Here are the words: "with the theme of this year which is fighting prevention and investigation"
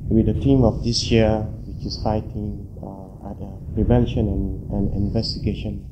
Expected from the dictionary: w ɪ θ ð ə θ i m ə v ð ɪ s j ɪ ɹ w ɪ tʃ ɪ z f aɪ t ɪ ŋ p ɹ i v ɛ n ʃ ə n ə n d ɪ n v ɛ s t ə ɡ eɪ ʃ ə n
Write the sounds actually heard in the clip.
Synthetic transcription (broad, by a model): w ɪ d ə t i m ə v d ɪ s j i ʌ w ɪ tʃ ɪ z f aɪ t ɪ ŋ p ɹ i v ɛ n ʃ ə n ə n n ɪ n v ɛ s t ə ɡ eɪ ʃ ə n